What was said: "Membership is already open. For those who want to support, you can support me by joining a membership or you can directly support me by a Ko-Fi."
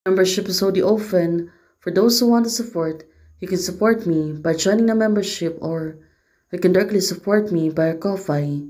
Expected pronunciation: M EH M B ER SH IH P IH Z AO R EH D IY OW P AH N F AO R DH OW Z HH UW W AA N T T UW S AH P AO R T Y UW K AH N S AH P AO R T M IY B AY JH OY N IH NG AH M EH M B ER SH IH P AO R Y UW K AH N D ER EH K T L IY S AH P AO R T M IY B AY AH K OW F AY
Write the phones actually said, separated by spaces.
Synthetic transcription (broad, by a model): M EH M B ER SH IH P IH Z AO UH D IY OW F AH N F AO R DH OW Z HH UW W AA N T T UW S AH P AO R T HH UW K AH N S AH P AO R T M IY B AY JH OY N IH NG AH M EH M B ER SH IH P AO R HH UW K AH N D ER EH K T L IY S AH P AO R T M IY B AY AH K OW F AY